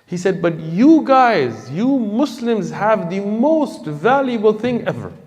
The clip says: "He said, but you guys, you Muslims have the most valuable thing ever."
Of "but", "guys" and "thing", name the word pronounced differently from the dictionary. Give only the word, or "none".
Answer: none